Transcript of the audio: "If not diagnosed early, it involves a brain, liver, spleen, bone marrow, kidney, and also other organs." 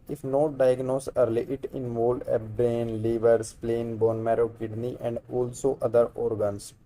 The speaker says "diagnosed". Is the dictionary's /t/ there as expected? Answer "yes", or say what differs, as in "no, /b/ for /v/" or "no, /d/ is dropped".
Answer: no, /t/ is dropped